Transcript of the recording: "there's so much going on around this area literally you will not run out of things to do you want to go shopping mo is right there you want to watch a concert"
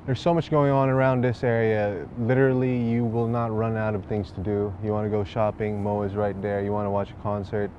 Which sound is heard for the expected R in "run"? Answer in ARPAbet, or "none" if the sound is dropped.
R